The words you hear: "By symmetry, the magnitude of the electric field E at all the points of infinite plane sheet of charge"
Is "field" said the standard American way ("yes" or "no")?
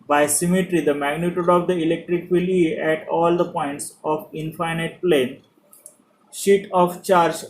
no